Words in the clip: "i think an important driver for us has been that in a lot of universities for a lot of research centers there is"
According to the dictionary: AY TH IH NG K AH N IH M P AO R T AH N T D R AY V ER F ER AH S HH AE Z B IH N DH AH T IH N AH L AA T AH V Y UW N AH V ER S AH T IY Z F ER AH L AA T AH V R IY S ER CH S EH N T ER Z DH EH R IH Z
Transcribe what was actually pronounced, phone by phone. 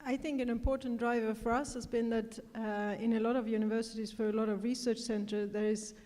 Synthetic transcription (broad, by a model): AY TH IH NG K AH N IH M P AO R T N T D R AY V ER F ER AH S HH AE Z B IH N DH AH T IH N AH L AA T AH V Y UW N AH V ER S AH T IY Z F ER AH L AA T AH V R IY S ER CH S EH N T ER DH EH R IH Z